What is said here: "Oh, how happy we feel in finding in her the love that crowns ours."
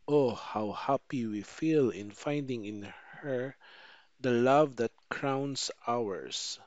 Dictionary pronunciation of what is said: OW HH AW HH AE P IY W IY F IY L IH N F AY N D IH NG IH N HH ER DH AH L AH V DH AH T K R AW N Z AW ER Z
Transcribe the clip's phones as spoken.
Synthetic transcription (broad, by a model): OW HH AW HH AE P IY W IY F IY L IH N F AY N D IH NG IH N HH ER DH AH L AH V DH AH T K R AW N S AW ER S